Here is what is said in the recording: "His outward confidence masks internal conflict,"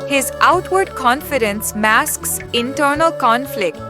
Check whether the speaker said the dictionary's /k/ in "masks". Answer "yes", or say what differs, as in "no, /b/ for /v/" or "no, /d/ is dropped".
yes